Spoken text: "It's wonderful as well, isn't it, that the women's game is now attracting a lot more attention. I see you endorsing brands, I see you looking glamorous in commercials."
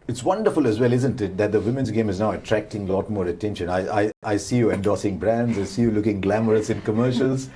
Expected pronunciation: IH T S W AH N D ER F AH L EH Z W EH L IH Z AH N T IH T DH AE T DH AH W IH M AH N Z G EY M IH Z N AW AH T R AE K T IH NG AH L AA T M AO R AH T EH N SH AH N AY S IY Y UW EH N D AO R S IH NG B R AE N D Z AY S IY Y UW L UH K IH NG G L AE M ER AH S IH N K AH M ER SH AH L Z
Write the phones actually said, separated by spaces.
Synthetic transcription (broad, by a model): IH T S W AH N D ER F AH L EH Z W EH L IH Z AH N T IH T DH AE T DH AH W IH M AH N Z G EY M IH Z N AW AH T R AE K T IH NG AH L AA T M AO R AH T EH N SH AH N AY S IY Y UW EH N D AO S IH NG B R AE N D Z AY S IY Y UW L UH K IH NG G L AE M ER AH S IH N K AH M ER SH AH L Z